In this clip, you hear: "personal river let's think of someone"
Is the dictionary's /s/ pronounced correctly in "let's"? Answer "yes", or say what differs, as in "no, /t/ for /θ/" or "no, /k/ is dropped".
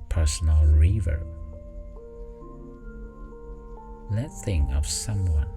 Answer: no, /s/ is dropped